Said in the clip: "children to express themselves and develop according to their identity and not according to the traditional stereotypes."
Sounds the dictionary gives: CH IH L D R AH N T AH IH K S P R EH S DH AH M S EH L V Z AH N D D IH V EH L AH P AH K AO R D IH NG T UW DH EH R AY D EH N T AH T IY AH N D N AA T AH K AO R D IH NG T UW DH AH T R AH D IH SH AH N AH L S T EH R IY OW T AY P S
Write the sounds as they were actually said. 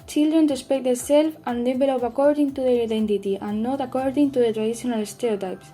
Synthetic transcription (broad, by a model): CH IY L D R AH N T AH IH S P EH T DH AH S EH L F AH N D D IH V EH L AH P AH K AO R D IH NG T UW DH EH R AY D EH N T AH T IY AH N N AA T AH K AO R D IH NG T UW DH AH T R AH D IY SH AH N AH L S T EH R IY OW T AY P S